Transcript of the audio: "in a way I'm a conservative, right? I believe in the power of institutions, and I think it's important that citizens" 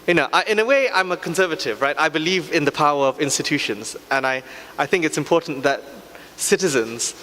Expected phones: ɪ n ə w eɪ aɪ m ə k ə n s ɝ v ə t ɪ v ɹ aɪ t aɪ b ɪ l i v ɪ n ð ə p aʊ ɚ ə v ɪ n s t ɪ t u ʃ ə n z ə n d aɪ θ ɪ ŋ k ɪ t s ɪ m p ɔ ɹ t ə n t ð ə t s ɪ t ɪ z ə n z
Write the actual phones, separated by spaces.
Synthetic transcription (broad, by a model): ɪ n ə w eɪ aɪ m ə k ə n s ɝ v ə t ɪ v ɹ aɪ t aɪ b ɪ l i v ɪ n ð ə p aʊ ɚ ə v ɪ n s t ɪ t u ʃ ə n z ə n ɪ aɪ θ ɪ ŋ k ɪ t s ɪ m p ɔ ɹ t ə n ð ə t s ɪ t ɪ z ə n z